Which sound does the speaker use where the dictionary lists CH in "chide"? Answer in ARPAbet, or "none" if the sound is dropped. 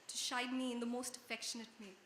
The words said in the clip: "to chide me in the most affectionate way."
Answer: SH